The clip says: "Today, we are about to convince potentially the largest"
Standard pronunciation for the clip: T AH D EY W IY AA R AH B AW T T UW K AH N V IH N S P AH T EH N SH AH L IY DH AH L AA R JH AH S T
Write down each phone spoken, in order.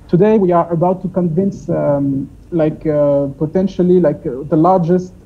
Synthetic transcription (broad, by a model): T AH D EY W IY AA R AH B AW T T UW K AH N V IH N S P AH T EH N SH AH L IY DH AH L AA R JH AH S T